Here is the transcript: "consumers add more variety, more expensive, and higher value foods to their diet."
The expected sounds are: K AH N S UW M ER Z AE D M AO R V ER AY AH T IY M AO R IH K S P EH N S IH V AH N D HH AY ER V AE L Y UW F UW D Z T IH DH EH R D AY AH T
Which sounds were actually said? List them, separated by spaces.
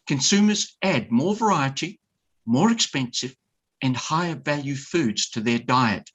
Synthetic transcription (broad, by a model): K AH N S UW M ER Z AE D M AO R V ER AY AH T IY M AO R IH K S P EH N S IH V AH N HH AY ER V AE L Y UW F UW D Z T IH DH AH R D AY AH T